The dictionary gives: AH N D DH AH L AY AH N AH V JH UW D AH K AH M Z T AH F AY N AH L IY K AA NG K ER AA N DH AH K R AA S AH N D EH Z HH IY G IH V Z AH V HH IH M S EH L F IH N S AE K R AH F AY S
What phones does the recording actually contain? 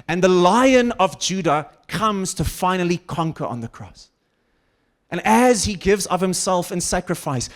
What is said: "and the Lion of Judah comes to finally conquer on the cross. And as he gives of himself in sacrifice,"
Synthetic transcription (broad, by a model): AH N DH AH L AY AH N AH V JH UW D AH K AH M Z T AH F AY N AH L IY K AA NG K ER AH N DH AH K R AA S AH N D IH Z HH IY G IH V Z AH V HH IH M S EH L F IH N S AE K R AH F AY S